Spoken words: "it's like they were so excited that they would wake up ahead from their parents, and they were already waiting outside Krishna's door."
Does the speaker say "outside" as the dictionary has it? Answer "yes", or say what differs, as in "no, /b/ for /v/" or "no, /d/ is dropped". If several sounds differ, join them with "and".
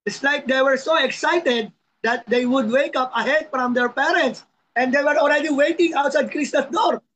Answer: yes